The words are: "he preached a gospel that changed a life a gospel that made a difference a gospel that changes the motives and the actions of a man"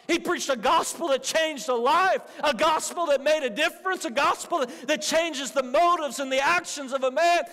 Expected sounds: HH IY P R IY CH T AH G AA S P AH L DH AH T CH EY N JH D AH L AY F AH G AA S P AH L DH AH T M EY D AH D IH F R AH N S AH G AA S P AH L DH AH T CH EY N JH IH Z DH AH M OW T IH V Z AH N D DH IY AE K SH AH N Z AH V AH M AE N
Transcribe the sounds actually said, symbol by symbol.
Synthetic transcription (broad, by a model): HH IY P R IY CH T AH G AA S P L DH AH T CH EY N JH D AH L AY F AH G AA S P L DH AH T M EY D AH D IH F R AH N S AH G AA S P L DH AH T CH EY N JH IH Z DH AH M OW T IH V Z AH N DH IY AE K SH AH N Z AH V AH M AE N